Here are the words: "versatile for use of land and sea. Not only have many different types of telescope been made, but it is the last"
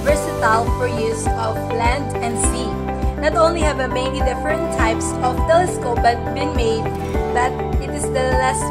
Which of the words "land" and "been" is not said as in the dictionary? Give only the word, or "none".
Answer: none